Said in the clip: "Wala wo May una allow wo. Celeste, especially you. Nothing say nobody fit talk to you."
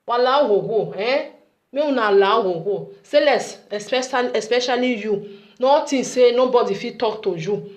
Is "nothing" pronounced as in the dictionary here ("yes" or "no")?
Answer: no